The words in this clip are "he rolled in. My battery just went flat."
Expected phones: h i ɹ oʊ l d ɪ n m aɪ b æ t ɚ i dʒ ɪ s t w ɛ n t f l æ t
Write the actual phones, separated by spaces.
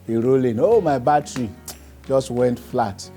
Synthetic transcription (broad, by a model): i ɹ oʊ l ɪ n m aɪ b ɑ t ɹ i dʒ ɪ s t w ɛ n t f l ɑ t